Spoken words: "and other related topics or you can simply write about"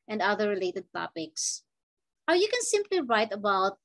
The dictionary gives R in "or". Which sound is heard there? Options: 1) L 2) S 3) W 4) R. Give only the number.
3